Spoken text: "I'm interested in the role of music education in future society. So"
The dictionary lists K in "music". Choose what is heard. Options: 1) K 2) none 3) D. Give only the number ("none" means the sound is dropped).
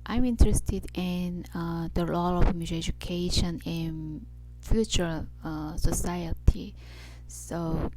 2